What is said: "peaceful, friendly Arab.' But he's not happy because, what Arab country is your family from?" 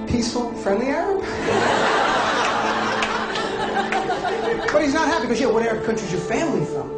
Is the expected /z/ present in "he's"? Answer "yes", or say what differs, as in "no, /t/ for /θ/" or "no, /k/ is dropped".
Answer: yes